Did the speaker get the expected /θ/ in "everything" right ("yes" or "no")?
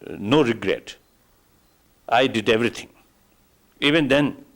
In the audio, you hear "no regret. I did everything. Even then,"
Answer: no